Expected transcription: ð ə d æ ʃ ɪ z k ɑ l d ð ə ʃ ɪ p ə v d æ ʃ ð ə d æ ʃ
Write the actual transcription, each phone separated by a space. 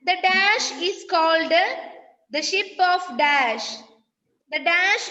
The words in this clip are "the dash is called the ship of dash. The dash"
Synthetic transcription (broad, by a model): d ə d æ ʃ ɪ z k ɑ l d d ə ʃ ɪ p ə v d æ ʃ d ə d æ ʃ